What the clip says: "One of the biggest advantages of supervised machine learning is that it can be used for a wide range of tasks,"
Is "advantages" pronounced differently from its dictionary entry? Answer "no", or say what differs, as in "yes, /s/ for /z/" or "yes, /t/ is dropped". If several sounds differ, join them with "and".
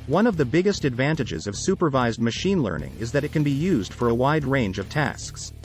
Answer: no